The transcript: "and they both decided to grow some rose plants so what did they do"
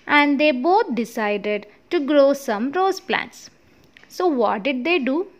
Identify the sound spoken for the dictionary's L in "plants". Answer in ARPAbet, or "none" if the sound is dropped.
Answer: L